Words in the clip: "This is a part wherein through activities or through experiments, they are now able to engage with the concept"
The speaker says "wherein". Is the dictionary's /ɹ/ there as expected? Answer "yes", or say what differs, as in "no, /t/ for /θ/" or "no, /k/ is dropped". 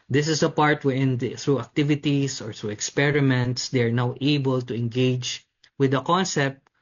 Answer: no, /ɹ/ is dropped